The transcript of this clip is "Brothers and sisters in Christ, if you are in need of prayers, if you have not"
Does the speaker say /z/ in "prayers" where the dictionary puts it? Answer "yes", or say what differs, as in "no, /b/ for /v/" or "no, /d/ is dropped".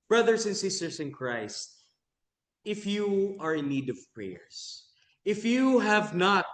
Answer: no, /s/ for /z/